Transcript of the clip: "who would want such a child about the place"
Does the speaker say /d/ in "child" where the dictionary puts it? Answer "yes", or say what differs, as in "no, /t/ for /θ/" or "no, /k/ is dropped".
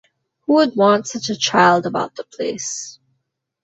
yes